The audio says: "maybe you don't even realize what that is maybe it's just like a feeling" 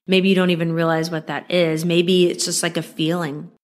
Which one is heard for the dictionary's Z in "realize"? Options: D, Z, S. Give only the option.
Z